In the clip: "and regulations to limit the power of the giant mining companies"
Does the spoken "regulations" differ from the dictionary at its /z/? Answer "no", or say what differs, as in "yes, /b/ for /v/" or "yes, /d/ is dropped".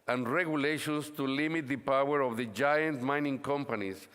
yes, /s/ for /z/